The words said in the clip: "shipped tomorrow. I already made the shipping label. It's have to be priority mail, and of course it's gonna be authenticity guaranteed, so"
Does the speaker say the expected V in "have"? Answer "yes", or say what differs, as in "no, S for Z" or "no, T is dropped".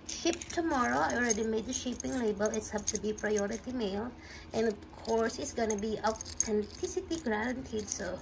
no, P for V